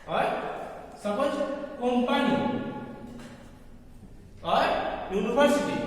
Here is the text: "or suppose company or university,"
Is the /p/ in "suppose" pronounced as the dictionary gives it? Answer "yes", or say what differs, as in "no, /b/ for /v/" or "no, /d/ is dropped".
no, /b/ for /p/